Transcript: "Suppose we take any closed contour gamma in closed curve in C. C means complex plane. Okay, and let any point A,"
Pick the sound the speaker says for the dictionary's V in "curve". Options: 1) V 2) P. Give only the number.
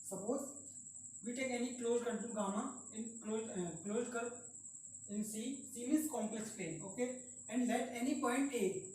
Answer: 2